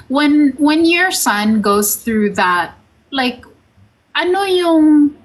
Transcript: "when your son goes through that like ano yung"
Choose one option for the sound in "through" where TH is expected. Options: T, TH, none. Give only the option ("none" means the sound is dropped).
TH